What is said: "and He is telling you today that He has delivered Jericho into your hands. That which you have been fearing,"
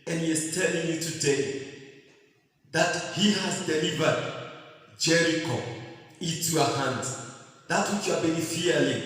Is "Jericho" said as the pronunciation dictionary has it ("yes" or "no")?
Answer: yes